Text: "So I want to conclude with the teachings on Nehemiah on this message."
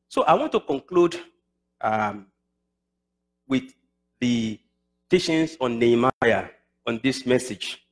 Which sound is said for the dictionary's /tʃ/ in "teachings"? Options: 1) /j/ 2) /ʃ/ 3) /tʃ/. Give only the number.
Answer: 2